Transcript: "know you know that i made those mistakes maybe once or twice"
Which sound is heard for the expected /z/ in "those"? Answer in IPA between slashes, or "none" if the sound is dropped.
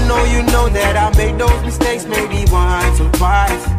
/z/